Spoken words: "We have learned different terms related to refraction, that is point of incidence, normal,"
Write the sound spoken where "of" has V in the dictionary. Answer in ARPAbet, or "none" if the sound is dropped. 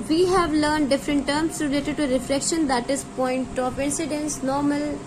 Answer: P